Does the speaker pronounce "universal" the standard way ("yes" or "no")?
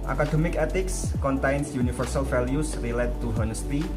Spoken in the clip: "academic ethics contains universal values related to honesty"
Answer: no